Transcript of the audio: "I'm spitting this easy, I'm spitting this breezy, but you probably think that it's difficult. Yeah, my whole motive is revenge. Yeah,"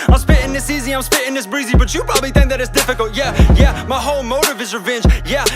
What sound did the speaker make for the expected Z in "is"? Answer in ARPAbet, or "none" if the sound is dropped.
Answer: Z